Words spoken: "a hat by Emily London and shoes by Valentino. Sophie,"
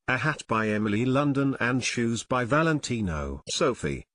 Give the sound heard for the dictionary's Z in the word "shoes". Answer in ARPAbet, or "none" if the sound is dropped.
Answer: Z